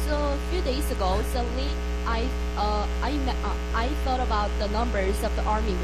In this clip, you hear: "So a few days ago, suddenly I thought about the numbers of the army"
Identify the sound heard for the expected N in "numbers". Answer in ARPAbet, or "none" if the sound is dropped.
N